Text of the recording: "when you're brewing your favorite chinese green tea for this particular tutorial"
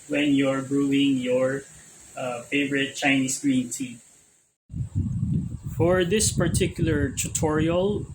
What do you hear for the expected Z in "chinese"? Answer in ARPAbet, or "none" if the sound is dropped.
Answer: S